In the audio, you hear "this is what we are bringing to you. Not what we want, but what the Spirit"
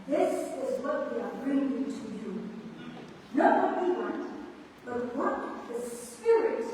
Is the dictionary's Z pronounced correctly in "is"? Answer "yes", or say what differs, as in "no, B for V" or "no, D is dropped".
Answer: yes